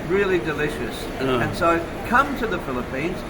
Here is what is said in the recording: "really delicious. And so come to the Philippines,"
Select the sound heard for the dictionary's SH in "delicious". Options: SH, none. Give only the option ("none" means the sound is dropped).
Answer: SH